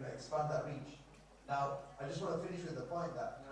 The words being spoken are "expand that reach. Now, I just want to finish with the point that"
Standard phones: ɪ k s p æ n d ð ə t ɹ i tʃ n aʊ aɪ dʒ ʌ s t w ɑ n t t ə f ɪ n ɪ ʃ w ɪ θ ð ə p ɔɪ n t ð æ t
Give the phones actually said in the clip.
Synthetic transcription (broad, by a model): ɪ k s p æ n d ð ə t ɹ i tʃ n aʊ aɪ dʒ ʌ s t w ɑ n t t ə f ɪ n ɪ ʃ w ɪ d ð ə p ɔɪ n t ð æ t